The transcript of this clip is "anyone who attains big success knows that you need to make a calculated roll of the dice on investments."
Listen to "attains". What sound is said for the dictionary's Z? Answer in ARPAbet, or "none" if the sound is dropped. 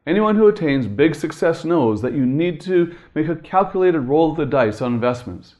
Z